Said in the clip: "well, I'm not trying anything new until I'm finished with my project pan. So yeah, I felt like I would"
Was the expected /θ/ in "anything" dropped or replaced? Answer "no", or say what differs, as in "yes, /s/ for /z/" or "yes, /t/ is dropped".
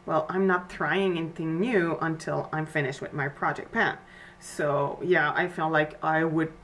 no